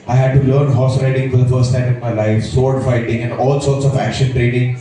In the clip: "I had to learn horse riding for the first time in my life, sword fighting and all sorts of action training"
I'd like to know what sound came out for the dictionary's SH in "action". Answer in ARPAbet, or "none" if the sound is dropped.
SH